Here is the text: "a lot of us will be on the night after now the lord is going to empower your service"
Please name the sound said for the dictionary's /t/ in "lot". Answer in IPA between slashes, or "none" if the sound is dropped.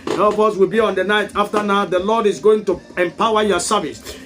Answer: none